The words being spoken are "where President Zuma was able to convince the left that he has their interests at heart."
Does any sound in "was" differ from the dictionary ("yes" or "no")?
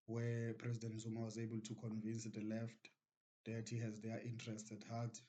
no